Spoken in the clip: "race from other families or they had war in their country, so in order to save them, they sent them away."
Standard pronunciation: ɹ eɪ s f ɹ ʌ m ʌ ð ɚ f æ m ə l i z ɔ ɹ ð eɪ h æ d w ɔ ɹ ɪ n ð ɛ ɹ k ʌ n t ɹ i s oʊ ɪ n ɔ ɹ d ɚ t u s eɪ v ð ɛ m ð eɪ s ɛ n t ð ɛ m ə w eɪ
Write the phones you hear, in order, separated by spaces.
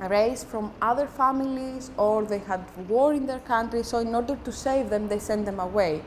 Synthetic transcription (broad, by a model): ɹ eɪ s f ɹ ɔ m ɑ ð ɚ f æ m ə l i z ɔ ɹ ð eɪ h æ d w ɔ ɹ ɪ n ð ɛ ɹ k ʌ n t ɹ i s oʊ ɪ n ɔ ɹ d ɚ t u s eɪ v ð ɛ m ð eɪ s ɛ n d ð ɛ m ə w eɪ